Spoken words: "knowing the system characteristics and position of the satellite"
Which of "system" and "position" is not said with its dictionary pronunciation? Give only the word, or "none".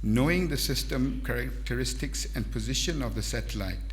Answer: none